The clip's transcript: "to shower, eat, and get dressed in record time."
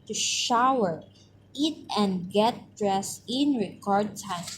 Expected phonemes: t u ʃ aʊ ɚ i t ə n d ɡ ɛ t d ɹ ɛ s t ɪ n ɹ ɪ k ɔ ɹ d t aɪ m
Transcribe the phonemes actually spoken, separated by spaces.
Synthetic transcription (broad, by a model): t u ʃ aʊ ɚ i t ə n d ɡ ɛ t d ɹ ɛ s ɪ n ɹ ɪ k ɔ ɹ d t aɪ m